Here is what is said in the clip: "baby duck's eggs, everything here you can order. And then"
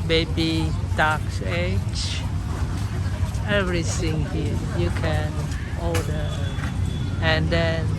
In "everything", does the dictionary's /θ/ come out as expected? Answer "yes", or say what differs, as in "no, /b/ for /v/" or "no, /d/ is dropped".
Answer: no, /s/ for /θ/